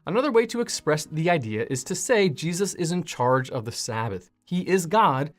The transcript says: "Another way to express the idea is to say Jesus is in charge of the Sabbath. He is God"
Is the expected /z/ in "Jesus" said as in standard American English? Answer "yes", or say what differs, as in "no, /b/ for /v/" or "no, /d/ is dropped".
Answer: yes